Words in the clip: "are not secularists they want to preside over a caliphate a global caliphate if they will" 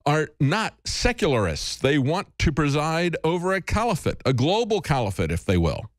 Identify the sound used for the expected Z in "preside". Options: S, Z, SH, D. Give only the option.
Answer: Z